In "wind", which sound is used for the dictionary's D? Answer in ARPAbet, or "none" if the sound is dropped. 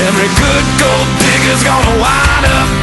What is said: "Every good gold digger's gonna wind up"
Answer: none